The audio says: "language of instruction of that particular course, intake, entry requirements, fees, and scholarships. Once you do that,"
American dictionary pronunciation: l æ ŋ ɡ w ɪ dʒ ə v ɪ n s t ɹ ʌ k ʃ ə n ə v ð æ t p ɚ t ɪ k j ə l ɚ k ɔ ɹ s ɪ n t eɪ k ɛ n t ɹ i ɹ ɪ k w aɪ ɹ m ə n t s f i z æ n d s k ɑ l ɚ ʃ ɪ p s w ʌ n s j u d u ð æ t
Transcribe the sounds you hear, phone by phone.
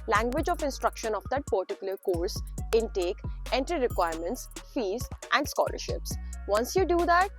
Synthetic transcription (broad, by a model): l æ ŋ ɡ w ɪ dʒ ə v ɪ n s t ɹ ʌ k ʃ ə n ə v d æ t p ɚ t ɪ k j ə l ɚ k ɔ ɹ s ɪ n t eɪ k ɛ n t ɹ i ɹ ɪ k w aɪ ɹ m ə n t s f i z æ n d s k ɑ l ɚ ʃ ɪ p s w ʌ n s j u d u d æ t